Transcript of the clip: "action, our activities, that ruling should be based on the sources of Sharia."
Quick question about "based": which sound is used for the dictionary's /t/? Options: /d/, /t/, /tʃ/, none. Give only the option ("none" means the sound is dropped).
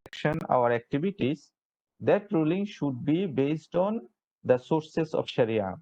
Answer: /t/